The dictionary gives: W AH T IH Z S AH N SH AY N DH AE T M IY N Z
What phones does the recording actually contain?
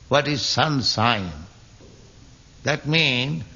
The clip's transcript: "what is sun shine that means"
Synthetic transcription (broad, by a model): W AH T IH Z S AH N S AY N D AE T M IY N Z